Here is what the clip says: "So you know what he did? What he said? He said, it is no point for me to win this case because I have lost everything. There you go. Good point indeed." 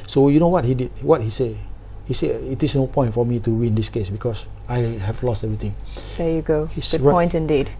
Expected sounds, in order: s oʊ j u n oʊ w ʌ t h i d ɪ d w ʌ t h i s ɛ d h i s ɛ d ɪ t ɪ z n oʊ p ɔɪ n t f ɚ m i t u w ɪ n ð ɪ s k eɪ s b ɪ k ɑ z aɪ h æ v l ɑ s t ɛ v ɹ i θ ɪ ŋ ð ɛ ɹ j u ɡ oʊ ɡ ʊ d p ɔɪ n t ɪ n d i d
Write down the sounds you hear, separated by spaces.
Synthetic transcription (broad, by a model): s oʊ j u n oʊ w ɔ t h i d ɪ d w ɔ t h i s ɛ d h i s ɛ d ɪ t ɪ s n oʊ p ɔɪ n t f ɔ m i t u w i n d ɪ s k eɪ s b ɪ k ɑ s aɪ h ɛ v l ɑ s t ɛ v ɹ i t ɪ ŋ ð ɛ j u ɡ oʊ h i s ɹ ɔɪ n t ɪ n d i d